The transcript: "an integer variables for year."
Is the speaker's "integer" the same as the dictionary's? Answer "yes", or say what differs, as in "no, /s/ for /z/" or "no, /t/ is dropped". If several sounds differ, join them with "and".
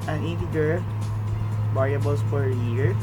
no, /n/ is dropped